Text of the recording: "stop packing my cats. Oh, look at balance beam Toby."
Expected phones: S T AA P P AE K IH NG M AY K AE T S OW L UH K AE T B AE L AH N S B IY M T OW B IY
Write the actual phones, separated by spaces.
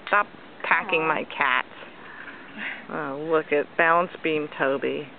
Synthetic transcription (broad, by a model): S T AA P P AE K IH NG M AY K AE T S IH L UH K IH T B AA AH N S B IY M T OW B IY